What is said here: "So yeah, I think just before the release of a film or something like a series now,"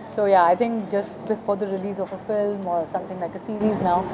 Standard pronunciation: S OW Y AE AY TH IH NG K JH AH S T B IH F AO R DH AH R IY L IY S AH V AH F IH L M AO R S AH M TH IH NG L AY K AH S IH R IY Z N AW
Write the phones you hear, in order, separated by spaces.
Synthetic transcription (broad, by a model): S OW Y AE AY T IH NG K JH AH S T B IH F AO R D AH R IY L IY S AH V AH F IH L M AO R S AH M T IH NG L AY K AH S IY R IY Z N AW